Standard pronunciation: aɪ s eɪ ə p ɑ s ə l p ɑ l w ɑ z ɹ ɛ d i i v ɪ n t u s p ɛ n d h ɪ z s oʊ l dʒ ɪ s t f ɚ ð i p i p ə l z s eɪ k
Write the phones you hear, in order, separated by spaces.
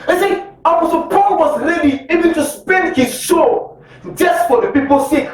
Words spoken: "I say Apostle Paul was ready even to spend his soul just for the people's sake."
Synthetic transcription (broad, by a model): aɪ s eɪ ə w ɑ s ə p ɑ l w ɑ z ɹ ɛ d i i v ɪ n t u s p ɛ n d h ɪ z ʃ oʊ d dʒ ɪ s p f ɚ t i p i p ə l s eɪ